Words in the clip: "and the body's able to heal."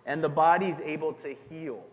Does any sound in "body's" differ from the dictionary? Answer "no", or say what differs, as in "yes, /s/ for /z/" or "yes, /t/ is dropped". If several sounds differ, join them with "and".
no